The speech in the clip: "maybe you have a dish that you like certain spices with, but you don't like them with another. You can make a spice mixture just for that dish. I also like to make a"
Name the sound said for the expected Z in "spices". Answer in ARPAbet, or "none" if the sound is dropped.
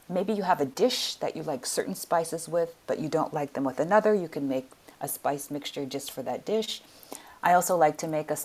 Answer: Z